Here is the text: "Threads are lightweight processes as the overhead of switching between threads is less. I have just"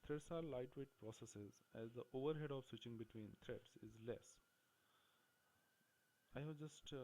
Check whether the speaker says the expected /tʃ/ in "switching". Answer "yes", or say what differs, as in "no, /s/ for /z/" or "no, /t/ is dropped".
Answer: yes